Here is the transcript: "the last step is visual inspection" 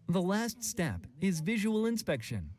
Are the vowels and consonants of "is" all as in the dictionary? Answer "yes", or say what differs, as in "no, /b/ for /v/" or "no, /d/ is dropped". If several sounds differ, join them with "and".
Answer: yes